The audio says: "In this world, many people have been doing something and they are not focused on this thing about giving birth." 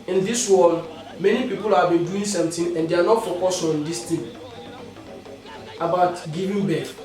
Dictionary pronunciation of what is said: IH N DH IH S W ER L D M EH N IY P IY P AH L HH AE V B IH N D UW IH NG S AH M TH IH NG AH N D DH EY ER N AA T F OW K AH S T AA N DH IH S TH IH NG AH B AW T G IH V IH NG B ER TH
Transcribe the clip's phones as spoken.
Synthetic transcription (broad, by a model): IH N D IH S W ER L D M EH N IY P IY P AH L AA B IH N D UW IH NG S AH M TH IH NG AH N D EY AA N AA T F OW K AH S AA N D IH S T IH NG AH B AW T G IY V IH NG B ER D